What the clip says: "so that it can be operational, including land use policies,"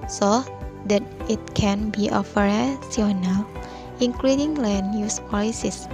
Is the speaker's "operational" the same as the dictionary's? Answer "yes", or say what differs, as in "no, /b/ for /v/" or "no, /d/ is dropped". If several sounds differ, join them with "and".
no, /f/ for /p/ and /s/ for /ʃ/